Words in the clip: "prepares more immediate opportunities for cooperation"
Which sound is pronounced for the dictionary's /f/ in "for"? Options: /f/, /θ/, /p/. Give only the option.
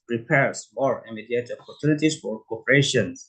/f/